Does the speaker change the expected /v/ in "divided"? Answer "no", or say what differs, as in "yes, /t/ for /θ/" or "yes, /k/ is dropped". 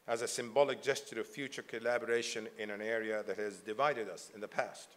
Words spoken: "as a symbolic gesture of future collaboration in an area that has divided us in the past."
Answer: no